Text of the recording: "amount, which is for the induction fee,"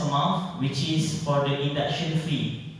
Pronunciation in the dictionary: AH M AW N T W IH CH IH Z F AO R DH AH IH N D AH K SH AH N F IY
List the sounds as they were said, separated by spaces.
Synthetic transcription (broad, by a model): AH M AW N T W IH CH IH S F AO R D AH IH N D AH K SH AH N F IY